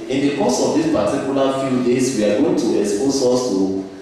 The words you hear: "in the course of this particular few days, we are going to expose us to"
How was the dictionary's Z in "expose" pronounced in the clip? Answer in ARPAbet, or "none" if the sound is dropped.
S